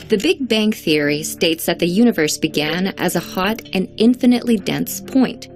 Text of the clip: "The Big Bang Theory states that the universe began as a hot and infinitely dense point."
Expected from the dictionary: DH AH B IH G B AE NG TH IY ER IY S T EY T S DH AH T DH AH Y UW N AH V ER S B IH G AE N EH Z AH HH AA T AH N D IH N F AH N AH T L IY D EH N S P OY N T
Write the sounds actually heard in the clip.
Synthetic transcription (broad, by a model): DH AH B IH G B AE NG TH IY ER IY S T EY T S DH AH T DH AH Y UW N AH V ER S B IH G AE N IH Z AH HH AA T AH N IH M F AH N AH T L IY D EH N S P OY N T